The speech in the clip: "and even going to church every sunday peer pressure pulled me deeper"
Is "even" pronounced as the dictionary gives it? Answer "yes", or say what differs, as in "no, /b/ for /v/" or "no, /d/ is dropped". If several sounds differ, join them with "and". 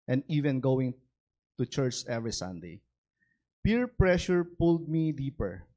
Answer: yes